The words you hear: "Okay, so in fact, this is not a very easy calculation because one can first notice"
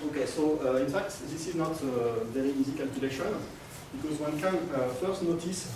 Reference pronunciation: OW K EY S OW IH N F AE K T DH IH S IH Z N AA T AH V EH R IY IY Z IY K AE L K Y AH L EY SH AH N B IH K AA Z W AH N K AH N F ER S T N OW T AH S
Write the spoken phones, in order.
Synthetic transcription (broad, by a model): OW K EY S OW IH N F AE K T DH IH S IH Z N AA T AH V EH R IY IY Z IY K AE L K Y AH L EY SH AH N B IH K AA Z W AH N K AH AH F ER S T N OW T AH S